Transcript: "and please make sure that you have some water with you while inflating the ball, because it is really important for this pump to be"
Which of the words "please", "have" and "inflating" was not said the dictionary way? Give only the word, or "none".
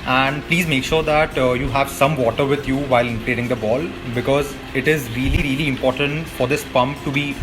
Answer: inflating